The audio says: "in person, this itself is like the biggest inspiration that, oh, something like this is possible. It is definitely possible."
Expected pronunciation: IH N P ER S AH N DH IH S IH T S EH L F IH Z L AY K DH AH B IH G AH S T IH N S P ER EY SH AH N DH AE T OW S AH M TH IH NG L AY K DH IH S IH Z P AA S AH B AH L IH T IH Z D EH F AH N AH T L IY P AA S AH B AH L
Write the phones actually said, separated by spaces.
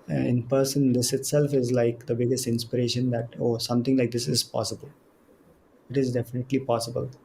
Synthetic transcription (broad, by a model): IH N P ER S AH N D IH S IH T S EH L F IH Z L AY K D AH B IH G AH S T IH N S P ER EY SH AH N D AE T OW S AH M T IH NG L AY K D IH S IH Z P AA S AH B AH L IH T IH Z D EH F AH N AH T L IY P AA S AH B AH L